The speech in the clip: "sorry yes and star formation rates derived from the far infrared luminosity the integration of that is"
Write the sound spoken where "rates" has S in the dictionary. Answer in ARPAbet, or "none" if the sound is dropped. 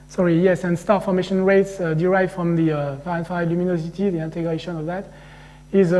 S